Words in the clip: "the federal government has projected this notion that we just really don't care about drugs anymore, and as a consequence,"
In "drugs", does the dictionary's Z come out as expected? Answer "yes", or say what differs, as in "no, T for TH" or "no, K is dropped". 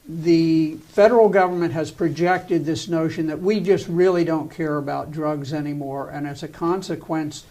yes